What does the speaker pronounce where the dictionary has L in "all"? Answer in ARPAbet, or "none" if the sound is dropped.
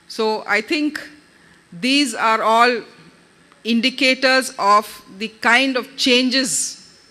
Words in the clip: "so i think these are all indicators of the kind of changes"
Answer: L